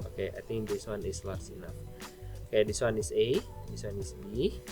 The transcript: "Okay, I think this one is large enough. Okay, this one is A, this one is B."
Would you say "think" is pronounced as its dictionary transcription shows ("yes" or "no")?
no